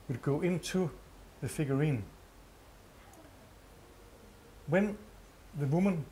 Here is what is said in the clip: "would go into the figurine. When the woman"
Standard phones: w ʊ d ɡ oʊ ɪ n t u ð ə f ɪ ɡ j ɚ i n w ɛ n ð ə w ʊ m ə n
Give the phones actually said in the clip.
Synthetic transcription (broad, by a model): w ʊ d ɡ oʊ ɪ n s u ð ə f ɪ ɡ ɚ i n w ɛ n ð ə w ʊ m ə n